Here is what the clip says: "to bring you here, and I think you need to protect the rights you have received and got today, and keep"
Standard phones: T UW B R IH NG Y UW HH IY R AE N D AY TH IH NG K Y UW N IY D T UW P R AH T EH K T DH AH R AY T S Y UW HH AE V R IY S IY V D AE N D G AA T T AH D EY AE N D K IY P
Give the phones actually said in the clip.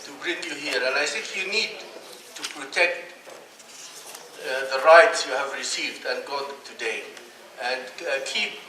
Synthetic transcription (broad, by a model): T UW B R IH NG Y UW HH IY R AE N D AY S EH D Y UW N IY D T UW P R AH T EH K T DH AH R AY T S Y UW HH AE V R IY S IY V D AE N G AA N T AH D EY AE N D K IY P